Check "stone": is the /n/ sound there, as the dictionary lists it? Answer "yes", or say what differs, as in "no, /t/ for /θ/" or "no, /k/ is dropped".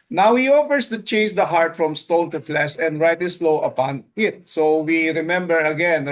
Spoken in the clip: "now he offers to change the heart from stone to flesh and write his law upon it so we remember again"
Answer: no, /l/ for /n/